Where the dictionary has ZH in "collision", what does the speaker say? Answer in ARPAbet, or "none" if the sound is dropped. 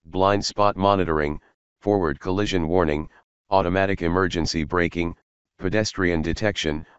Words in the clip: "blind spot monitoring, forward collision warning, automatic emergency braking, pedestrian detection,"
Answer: ZH